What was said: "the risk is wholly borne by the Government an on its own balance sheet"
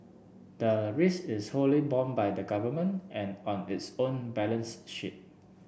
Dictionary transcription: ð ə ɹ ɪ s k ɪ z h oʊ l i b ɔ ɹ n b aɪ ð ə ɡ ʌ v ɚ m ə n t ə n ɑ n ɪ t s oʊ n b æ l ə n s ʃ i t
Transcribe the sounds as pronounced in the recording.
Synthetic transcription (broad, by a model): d ə ɹ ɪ s ɪ s h oʊ l i b ɔ n b aɪ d ə ɡ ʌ v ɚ m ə n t ə n ɑ n ɪ t s oʊ n b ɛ l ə n s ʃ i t